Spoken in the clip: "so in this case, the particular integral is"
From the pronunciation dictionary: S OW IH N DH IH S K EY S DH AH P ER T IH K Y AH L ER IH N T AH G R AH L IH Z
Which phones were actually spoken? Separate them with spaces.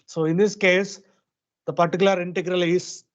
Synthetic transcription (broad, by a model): S OW IH N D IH S K EY S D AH P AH T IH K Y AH L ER IH N T AH G R AH L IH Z